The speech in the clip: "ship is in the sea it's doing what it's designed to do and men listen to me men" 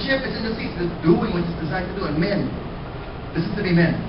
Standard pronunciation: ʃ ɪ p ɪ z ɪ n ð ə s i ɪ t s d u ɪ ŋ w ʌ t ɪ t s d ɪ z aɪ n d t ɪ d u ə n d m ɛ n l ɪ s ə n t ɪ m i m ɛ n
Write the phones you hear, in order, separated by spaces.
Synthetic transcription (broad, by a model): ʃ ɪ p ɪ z ɪ n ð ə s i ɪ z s d u ɪ ŋ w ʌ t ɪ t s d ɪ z aɪ d t ɪ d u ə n m ɛ n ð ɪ s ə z t ɪ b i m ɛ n